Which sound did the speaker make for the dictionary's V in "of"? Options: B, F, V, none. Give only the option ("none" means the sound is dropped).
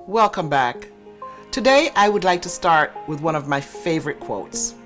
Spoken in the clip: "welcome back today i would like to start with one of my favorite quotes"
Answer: V